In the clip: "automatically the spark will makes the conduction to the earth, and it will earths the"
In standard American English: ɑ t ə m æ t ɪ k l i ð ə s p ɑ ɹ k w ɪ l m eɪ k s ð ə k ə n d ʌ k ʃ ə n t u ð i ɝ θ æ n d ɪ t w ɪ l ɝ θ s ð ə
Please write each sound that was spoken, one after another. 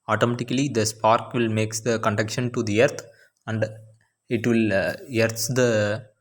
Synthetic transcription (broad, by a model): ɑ t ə m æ t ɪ k l i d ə s p ɑ ɹ k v ɪ l m eɪ k s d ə k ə n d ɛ k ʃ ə n t u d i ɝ t æ n d ɪ t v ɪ l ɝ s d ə